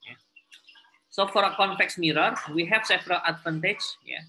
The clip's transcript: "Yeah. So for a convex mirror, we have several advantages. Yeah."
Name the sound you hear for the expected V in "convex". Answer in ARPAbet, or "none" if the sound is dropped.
F